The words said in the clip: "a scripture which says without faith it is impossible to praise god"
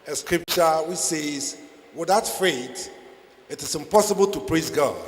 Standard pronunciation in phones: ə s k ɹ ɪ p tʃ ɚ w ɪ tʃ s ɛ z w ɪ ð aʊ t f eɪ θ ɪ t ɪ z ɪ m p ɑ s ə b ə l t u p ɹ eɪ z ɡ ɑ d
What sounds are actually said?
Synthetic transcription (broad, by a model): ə s k ɹ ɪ p tʃ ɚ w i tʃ s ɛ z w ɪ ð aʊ t f eɪ t ɪ t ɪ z ɪ m p ɑ s ə b ə l t u p ɹ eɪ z ɡ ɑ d